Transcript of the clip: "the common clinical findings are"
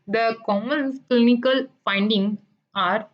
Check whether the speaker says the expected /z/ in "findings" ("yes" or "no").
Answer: no